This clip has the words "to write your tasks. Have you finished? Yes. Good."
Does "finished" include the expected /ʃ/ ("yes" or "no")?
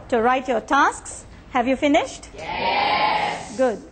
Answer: yes